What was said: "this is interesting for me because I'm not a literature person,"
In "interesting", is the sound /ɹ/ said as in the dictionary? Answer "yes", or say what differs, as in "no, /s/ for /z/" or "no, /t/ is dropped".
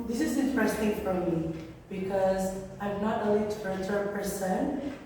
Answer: yes